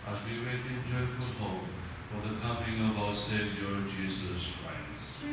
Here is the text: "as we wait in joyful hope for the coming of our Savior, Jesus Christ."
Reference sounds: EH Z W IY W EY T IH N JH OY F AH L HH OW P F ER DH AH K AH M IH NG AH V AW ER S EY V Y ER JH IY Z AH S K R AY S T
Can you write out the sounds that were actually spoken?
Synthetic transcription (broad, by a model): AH Z W IY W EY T IH N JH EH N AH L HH OW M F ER DH AH K AH M IH NG AH V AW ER S EY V Y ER JH IY Z AH S K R AY S T